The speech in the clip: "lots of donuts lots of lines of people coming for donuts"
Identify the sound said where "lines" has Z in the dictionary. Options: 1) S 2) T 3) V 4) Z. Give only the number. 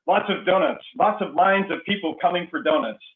4